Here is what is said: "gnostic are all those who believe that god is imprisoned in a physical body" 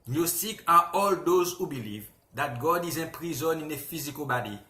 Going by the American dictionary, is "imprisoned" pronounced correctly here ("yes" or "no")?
no